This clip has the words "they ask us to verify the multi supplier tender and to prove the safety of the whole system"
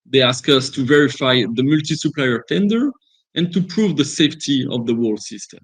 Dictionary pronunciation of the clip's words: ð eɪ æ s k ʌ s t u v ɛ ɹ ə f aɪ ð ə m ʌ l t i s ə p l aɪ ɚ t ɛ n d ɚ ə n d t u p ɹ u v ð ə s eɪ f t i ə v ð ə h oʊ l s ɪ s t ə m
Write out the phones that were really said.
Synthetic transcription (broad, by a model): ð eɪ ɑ s k ʌ s t u v ɛ ɹ ə f aɪ ð ə m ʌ l t i s ə p l aɪ ɚ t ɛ n d ɚ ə n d t u p ɹ u v ð ə s eɪ f t i ə v ð ə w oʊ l s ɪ s t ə m